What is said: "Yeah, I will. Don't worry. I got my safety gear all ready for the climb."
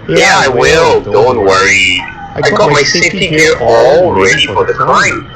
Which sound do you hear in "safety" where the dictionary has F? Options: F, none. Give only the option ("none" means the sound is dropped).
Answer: none